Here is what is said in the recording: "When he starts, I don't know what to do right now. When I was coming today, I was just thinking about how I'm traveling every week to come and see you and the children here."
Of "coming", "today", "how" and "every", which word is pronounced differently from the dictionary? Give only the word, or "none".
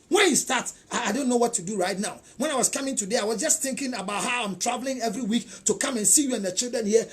none